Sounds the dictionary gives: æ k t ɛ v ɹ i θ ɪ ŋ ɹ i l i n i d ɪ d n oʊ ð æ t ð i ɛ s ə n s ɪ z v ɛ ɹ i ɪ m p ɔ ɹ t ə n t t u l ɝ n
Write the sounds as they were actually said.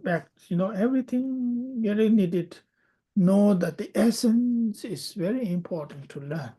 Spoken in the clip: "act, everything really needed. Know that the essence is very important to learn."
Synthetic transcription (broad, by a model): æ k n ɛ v ɹ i t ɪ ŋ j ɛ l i n i d ɪ d n oʊ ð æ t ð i ɛ s ə n s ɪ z v ɛ ɹ i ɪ m p ɔ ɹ t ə n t t u l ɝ n